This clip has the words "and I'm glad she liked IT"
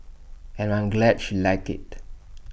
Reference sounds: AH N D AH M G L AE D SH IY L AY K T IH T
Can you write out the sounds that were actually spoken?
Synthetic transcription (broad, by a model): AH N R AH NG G L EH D SH IY L AY K IH T